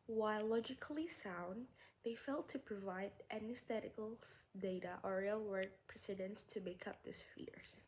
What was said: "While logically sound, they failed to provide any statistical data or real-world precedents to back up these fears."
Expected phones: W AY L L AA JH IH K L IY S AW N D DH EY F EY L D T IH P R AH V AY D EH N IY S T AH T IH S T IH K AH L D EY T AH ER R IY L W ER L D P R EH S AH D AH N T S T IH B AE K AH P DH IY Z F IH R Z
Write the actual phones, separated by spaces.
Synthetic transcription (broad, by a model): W AY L L AA JH IH K L IY S AW N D DH EY F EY L T IH P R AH V AY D EH N IY S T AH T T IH K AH L D EY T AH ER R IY L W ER D P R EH S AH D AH N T S T IH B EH K AH P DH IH S F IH R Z